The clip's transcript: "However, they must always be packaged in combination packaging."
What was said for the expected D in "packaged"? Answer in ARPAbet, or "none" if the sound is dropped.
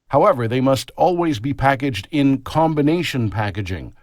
D